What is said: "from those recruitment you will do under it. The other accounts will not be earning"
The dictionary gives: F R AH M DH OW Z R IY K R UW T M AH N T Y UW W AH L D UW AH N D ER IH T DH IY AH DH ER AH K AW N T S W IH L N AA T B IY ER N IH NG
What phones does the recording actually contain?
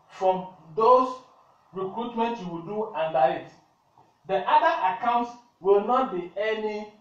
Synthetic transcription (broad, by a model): F R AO M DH OW S R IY K R UW T M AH N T Y UW W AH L D UW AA N D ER IH T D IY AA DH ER AH K AW N T S W IH L N AA T B IY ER N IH